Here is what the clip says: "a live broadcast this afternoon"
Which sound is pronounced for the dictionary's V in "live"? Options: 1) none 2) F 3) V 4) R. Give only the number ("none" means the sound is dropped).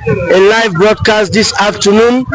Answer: 3